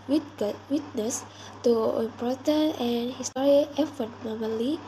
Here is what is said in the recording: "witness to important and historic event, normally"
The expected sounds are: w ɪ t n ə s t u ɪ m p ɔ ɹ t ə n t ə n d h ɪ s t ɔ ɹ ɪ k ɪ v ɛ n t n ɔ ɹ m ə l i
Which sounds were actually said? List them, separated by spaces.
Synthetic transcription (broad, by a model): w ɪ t n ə s t u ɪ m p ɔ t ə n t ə n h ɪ s t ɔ ɹ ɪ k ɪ f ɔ t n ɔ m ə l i